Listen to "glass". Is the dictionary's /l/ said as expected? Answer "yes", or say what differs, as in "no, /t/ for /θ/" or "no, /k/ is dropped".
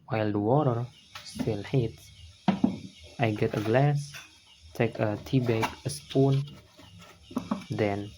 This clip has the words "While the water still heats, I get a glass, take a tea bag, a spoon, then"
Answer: yes